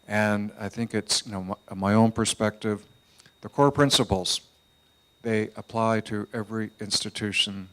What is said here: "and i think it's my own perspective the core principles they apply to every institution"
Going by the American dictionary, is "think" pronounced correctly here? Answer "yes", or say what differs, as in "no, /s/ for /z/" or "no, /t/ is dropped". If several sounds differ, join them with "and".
yes